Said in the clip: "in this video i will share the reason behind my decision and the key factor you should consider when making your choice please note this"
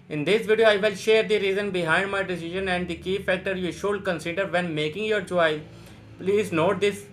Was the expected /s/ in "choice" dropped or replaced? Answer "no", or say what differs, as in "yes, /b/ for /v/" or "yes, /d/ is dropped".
yes, /s/ is dropped